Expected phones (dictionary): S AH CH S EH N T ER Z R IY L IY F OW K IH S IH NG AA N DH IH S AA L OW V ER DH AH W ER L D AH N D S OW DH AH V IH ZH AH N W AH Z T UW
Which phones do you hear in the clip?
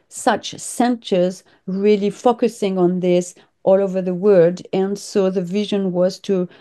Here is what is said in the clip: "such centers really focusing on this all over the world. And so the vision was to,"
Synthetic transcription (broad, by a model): S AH CH S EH N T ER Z R IY L IY F OW K IH S IH NG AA N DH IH S AA L OW V ER DH AH W ER D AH N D S OW DH AH V IH ZH AH N W AH Z T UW